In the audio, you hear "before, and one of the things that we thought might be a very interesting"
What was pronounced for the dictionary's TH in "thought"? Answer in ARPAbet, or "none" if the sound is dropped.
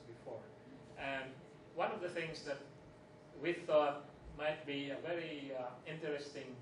TH